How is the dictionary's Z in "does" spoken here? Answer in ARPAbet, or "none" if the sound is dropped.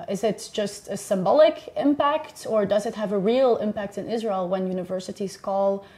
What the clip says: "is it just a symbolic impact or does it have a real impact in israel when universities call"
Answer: Z